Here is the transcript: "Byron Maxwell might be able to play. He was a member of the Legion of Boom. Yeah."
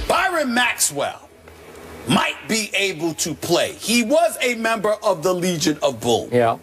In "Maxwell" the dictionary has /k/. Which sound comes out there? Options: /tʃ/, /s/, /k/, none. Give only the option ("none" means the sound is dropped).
/k/